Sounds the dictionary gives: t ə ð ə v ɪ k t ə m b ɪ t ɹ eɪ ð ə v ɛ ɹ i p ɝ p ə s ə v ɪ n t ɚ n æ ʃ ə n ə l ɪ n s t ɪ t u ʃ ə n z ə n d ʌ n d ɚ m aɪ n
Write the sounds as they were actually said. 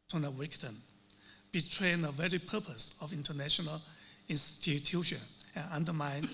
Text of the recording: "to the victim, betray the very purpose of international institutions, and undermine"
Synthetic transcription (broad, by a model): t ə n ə w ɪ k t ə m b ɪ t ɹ eɪ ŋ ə v ɛ ɹ i p ɝ p ə s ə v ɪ n t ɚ n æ ʃ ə n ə l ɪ n s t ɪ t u ʃ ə n ə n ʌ n d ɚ m aɪ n